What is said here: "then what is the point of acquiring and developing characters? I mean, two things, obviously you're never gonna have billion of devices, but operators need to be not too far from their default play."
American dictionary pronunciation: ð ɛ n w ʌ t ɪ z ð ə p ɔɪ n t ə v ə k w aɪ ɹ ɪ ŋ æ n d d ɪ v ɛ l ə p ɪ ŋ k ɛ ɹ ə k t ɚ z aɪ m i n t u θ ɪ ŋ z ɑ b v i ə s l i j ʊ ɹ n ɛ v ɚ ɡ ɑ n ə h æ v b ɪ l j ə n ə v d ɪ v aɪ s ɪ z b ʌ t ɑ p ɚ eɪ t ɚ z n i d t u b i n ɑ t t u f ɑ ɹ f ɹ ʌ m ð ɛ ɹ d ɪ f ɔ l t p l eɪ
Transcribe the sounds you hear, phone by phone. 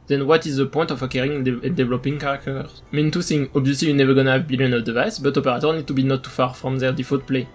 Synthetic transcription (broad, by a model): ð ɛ n w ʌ t ɪ z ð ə p ɔɪ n t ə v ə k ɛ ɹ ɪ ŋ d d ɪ v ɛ l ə p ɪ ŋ k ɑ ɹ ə k t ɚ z m i n t u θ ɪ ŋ ɑ b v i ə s l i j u n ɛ v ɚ ɡ ɑ n ə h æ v b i l j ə n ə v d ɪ v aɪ s b ʌ t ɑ p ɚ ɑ t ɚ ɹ n i d t u b i n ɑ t t u f ɑ ɹ f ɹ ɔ m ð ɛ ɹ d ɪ f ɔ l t p l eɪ